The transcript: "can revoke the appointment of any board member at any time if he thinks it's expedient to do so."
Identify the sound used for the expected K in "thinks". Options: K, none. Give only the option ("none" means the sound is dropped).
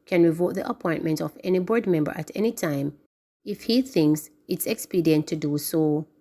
K